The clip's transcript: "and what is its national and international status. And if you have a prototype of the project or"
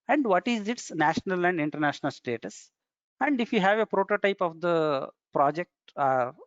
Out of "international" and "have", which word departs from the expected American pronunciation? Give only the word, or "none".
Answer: none